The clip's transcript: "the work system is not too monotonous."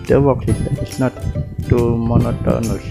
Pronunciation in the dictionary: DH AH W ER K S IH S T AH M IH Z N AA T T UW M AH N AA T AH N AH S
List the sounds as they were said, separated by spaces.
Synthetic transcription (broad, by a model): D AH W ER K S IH T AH IH S N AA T T UW M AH N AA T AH N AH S